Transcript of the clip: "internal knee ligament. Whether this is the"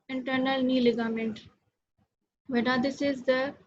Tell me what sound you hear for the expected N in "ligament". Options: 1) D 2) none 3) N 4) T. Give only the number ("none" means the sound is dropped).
3